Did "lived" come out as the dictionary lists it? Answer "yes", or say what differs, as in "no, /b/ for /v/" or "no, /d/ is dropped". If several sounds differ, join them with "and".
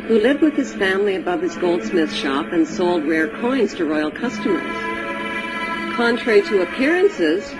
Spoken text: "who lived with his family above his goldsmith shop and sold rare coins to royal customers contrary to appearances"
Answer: yes